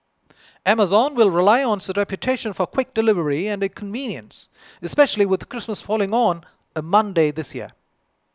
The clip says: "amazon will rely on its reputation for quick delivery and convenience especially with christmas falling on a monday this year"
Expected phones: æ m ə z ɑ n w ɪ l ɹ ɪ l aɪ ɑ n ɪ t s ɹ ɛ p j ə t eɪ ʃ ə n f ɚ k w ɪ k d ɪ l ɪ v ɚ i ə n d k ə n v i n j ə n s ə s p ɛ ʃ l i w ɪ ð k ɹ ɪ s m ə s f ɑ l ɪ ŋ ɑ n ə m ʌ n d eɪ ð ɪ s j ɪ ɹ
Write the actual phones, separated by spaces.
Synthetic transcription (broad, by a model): æ m ə z ɑ n w ɪ l ɹ ɪ l aɪ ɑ n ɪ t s ɹ ɛ p j ə t eɪ ʃ ə n f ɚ k w ɪ k d ɪ l ɪ v ɚ i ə n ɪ k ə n v i n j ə n s ə s p ɛ ʃ l i w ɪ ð k ɹ ɪ s m ə s f ɑ l ɪ ŋ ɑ n ə m ʌ n d eɪ ð ɪ s j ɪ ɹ